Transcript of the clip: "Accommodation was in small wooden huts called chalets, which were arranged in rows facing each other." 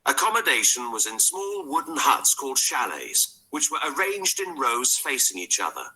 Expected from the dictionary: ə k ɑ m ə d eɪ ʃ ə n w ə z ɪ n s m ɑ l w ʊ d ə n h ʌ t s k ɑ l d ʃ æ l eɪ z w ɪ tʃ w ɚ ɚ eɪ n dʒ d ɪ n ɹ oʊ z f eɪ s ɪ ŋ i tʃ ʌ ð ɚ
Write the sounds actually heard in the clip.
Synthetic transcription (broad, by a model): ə k ɑ m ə d eɪ ʃ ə n w ə z ɪ n s m ɑ l w ʊ d n h ʌ t s k ɑ l d ʃ æ l eɪ z w ɪ tʃ w ɚ ɚ eɪ n dʒ d ɪ n ɹ oʊ z f eɪ s ɪ ŋ i tʃ ʌ ð ɚ